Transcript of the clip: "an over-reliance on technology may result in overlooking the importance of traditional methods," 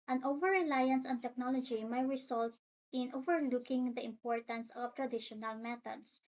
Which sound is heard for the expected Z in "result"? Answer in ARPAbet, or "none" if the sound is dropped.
S